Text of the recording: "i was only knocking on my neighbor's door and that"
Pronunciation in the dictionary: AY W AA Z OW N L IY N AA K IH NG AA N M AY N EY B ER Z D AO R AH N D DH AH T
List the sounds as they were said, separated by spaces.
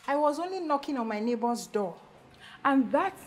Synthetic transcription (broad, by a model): AY W AA Z OW N L IY N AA K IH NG AA N M AY N EY B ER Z D AO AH N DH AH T